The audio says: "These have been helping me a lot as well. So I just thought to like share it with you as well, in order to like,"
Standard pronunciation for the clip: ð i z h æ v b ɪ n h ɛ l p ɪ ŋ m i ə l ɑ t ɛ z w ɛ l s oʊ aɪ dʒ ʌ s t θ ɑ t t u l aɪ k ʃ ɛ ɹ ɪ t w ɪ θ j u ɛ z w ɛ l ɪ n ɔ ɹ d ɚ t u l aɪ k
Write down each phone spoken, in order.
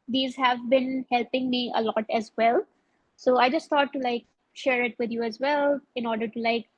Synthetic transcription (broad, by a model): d i z h æ v b ɪ n h ɛ l p ɪ ŋ m i ə l ɑ t ɛ z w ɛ l s oʊ aɪ dʒ ʌ s t t ɑ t t u l aɪ k ʃ ɛ ɹ ɪ t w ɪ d j u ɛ z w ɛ l ɪ n ɔ ɹ d ɚ t u l aɪ k